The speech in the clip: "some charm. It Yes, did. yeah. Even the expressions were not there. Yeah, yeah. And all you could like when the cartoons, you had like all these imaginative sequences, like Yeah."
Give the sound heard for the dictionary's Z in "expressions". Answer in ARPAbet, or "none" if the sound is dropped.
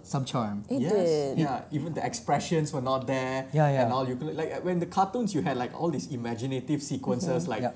S